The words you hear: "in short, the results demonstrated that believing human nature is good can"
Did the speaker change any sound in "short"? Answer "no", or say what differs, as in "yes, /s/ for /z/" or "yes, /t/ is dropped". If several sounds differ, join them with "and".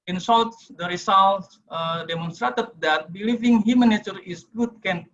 yes, /s/ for /ʃ/ and /l/ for /ɹ/